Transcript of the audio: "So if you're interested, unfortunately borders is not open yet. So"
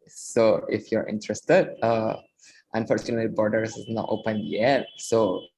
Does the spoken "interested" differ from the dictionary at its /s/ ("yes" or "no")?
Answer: no